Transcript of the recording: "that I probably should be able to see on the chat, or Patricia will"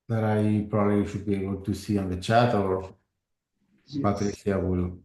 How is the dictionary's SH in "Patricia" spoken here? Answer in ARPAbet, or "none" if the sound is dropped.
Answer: S